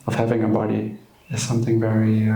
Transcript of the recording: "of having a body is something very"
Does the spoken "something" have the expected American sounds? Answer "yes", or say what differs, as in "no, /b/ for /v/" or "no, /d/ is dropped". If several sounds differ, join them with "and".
yes